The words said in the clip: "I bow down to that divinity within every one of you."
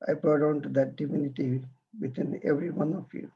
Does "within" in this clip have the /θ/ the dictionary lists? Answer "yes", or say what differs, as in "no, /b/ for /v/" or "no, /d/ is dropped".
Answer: no, /t/ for /θ/